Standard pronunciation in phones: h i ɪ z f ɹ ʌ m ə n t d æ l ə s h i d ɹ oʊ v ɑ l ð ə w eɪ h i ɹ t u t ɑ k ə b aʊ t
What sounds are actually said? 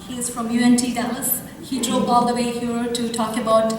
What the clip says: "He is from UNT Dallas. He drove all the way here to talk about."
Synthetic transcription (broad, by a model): h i ɪ z f ɹ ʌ m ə n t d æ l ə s h i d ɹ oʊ b ɑ l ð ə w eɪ h i ɹ t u t ɑ k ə b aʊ t